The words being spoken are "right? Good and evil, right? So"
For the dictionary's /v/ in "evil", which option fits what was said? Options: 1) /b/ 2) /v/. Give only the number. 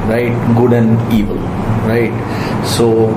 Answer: 2